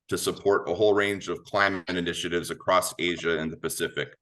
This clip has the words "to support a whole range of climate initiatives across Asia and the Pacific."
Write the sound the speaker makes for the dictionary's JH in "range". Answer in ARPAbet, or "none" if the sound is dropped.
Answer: JH